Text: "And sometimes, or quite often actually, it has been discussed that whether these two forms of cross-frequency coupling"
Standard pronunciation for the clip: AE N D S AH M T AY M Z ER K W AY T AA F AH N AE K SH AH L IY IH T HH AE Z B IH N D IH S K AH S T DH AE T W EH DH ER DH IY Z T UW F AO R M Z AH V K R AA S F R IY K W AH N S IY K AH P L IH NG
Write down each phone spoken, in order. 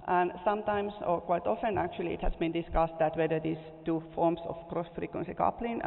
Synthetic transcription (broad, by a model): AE N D S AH M T AY M S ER K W AY T AA F AH N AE K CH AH L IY IH T HH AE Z B IH N D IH S K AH S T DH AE T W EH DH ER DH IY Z T UW F AO R M S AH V K R AA S F R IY K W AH N S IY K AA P L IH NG